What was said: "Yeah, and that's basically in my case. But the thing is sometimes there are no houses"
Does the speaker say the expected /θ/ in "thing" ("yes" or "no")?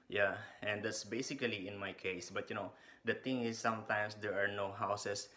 no